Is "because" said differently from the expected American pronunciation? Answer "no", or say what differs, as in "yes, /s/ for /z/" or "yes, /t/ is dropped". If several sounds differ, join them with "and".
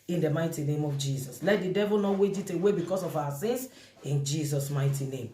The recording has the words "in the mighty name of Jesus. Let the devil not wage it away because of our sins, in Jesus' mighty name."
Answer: yes, /s/ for /z/